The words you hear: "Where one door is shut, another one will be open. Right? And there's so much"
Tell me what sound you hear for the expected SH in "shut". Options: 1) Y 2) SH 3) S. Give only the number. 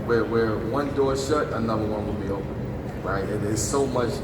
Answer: 2